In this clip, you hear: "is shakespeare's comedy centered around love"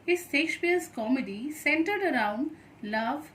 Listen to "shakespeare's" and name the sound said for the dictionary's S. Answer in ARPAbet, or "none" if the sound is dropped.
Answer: SH